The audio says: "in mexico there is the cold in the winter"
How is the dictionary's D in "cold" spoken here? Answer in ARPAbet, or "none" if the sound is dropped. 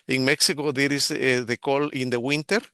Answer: none